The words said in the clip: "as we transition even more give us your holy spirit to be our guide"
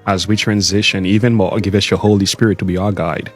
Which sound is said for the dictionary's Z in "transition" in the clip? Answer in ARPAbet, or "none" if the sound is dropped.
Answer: Z